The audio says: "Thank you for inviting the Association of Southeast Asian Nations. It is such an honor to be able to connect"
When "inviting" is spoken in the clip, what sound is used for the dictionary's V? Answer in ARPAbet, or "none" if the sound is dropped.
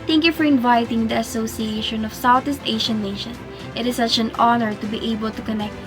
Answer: V